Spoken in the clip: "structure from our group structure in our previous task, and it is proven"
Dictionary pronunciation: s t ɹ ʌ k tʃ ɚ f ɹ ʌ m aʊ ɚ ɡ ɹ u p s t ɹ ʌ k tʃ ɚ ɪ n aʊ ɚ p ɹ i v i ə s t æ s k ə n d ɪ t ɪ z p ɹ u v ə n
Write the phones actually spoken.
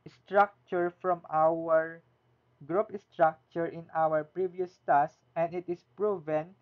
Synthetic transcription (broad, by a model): s t ɹ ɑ k tʃ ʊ f ɹ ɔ m aʊ ɚ ɡ ɹ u p s t ɹ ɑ k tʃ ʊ ɪ n aʊ ɚ p ɹ i v i ə s t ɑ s ə n d ɪ t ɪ s p ɹ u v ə n